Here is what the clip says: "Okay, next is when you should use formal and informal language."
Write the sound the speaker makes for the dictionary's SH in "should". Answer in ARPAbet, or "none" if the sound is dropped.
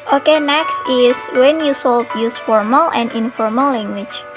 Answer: S